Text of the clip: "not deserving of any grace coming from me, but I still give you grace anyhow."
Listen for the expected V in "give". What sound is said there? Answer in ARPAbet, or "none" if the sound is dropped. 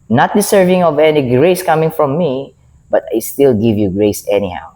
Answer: V